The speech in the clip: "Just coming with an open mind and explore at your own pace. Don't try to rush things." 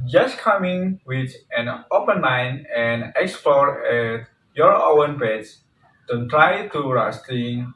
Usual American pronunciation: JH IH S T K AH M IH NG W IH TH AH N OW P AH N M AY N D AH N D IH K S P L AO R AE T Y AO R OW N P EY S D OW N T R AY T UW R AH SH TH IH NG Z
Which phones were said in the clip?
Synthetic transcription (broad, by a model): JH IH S K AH M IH NG W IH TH AH N OW P AH N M AY N AH N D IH K S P L AO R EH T Y AO R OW N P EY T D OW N T R AY T UW R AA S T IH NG